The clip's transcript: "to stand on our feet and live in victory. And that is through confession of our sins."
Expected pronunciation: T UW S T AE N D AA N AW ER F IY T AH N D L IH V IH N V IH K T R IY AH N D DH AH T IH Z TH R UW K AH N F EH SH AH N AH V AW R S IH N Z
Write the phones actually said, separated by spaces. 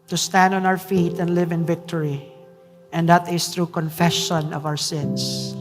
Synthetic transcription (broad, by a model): T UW S T AE N D AA N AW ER F IY T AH N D L IH V IH N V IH K T R IY AH N D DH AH T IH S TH R UW K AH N F EH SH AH N AH V AW R S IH N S